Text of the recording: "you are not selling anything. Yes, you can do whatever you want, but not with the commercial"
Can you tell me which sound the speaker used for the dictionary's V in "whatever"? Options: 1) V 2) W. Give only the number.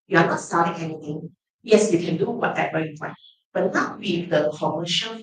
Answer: 2